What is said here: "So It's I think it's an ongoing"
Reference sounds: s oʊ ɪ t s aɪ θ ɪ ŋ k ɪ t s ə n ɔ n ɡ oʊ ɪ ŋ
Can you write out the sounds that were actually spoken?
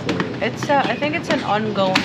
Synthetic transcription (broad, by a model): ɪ t s aɪ θ ɪ ŋ k ɪ t s ə n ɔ n ɡ oʊ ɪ